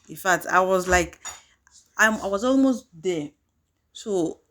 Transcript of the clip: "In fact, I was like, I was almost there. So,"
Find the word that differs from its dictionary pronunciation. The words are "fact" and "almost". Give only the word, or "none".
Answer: fact